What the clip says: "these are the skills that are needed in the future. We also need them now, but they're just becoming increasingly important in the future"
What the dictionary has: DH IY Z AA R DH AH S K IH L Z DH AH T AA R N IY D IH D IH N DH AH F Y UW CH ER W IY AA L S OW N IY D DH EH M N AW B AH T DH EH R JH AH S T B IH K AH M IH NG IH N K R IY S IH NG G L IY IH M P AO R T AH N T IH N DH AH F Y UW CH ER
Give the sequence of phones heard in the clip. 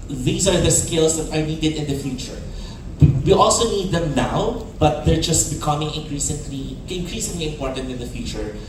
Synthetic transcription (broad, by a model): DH IY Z AA R DH AH S K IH L S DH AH T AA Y N IY D IH D IH N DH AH F Y UW CH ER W IY AA L S OW N IY D DH EH M N AW B AH T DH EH R JH AH S T B IH K AH M IH NG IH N K R IY S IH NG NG L IY IH M P AO R T AH N T IH N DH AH F Y UW CH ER